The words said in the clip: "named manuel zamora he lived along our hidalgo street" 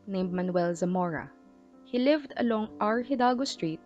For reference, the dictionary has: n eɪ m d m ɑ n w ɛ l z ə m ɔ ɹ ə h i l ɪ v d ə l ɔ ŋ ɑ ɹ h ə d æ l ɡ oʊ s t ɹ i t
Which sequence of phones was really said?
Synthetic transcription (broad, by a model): n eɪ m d m ɑ n w ɛ l z ə m ɔ ɹ ə h i l ɪ v d ə l ɔ ŋ ɑ ɹ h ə d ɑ l ɡ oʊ s t ɹ i t